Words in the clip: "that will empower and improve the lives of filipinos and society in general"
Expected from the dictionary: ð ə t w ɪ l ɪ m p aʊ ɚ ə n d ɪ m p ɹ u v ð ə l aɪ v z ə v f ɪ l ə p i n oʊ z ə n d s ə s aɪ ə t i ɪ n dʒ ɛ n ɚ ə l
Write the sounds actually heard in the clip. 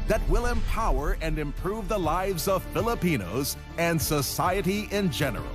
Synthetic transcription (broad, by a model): ð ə t w ɪ l ɪ m p aʊ ɚ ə n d ɪ m p ɹ u v ð ə l aɪ v z ə v f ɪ l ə p i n oʊ z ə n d s ə s aɪ ə t i ɪ n dʒ ɛ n ɚ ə l